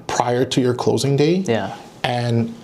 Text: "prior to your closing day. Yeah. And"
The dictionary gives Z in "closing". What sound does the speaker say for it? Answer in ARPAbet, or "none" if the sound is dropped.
Z